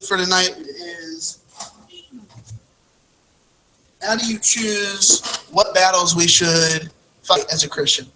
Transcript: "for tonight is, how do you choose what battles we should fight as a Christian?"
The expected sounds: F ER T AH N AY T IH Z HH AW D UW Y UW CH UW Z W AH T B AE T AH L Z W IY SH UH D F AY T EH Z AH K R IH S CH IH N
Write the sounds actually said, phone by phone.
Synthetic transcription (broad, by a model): F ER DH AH N AY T IH Z HH AW D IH Y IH CH UW Z W AH T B AE T L Z W IY SH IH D F AY T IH Z AH K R IH S CH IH N